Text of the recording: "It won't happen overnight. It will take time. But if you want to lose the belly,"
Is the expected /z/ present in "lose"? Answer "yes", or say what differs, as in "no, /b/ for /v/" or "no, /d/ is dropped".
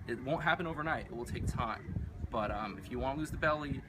yes